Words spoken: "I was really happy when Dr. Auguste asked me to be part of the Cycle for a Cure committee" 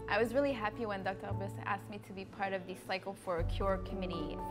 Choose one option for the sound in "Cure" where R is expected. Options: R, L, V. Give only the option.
R